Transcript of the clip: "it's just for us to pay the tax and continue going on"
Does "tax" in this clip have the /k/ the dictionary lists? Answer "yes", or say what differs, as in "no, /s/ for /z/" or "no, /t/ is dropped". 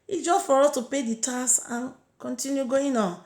no, /k/ is dropped